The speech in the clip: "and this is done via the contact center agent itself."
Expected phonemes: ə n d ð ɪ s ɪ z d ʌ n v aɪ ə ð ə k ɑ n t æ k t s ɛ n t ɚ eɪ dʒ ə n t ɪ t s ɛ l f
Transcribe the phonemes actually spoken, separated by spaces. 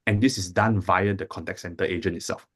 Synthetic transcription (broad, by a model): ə n d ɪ s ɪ s d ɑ n v aɪ ə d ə k ɑ n t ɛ k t s ɛ n t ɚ eɪ dʒ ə n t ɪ t s ɛ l f